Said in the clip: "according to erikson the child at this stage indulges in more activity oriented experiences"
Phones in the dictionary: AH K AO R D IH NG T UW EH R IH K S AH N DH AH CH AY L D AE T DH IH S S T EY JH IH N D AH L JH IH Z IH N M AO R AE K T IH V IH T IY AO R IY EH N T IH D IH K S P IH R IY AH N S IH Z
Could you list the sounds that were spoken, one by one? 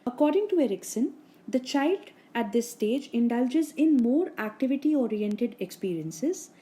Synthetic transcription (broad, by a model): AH K AO R D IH NG T UW EH R IH K S AH N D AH CH AY L D AE T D IH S S T EY JH IH N D AH L JH IH Z IH N M AO R AE K T IH V IH T IY AO R IY EH N T IH D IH K S P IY R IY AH N S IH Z